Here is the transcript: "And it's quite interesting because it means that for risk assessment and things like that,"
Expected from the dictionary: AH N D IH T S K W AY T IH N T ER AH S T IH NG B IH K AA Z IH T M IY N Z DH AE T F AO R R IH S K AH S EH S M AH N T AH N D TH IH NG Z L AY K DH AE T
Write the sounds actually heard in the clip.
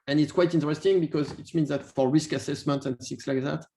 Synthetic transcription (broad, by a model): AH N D IH T S K W AY T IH N T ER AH S T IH NG B IH K AA Z IH T M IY N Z DH AE T F AO R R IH S K AH S EH S M AH N T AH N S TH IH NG S L AY K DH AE T